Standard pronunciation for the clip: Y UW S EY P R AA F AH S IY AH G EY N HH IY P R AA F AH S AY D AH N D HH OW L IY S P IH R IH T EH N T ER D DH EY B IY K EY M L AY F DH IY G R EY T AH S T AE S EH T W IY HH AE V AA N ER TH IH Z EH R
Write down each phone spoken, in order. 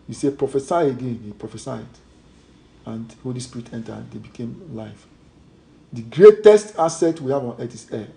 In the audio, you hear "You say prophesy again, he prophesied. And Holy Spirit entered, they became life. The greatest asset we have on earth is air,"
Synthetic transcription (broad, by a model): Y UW S EY P R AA F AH S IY AH G EY N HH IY P R AA F AH S AY D AH N D HH OW L IY S P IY R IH T EH N T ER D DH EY B IY K EY M L AY F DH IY G R EY T AH S T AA S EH T W IY HH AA V AA N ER T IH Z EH